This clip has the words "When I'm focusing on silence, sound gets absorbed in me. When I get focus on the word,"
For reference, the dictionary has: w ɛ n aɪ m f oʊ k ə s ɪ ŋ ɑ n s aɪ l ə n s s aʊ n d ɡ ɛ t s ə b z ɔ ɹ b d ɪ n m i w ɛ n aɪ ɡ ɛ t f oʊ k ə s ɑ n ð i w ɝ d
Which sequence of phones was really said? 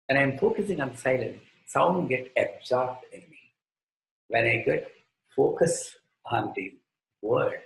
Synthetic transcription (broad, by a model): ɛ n aɪ m f oʊ k ə s ɪ ŋ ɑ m s aɪ l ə n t s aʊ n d ɡ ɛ t ə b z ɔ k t ɪ n m i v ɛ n aɪ ɡ ɛ t f oʊ k ə s ɑ n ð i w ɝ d